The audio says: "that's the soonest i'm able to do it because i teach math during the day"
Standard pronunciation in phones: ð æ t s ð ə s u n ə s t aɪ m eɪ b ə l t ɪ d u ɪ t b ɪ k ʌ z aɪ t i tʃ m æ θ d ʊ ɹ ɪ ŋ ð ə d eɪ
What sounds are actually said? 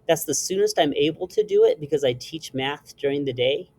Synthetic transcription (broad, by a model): ð æ t s ð ə s u n ə s t aɪ m eɪ b l t ɪ d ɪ ɪ t b ɪ k ʌ z aɪ t i tʃ m æ θ d ʊ ɹ ɪ ŋ ð ə d eɪ